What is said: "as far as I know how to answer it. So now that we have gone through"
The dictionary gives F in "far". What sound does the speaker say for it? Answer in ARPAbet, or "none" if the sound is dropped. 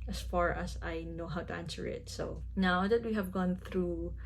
F